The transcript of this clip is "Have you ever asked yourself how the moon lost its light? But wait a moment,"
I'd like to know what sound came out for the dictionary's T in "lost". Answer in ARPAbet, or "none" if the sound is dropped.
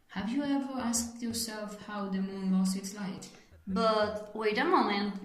none